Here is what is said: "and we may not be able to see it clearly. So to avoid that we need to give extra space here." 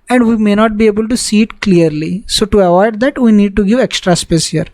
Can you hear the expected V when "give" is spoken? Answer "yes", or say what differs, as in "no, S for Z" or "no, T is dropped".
yes